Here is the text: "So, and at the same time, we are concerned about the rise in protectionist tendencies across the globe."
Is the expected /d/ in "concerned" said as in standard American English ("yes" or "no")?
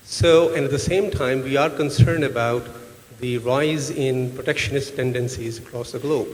yes